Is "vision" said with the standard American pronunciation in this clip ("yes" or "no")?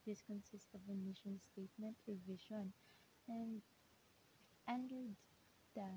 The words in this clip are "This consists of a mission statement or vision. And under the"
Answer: no